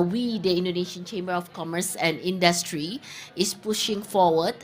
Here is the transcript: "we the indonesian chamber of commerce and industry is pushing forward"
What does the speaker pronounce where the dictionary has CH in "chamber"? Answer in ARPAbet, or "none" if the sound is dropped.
CH